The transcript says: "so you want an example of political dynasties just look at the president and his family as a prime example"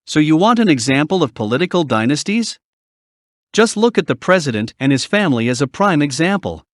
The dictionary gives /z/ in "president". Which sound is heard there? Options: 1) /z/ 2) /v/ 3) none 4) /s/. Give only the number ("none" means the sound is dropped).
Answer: 1